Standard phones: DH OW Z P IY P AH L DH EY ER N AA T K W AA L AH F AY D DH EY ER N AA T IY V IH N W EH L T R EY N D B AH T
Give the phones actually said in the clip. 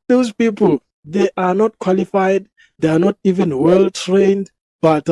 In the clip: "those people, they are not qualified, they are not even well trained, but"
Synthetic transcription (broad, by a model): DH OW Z P IY P AH L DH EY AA N AA T K W AA L AH F AY D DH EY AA N AA T IY V IH N W EH L T R EY N D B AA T